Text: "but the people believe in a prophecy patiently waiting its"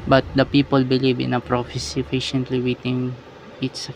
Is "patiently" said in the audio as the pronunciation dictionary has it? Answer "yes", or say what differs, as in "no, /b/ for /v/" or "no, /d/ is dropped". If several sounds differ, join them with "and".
no, /f/ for /p/